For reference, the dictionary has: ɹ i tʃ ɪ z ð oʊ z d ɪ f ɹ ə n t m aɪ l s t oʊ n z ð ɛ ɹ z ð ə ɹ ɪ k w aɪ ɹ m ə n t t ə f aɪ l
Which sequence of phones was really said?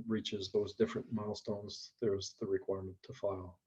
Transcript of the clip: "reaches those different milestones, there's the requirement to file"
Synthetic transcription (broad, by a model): ɹ i tʃ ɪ z ð oʊ z d ɪ f ɹ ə n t m aɪ l s t oʊ n z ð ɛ ɹ z ð ə ɹ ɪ k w aɪ ɹ m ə n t t ə f aɪ l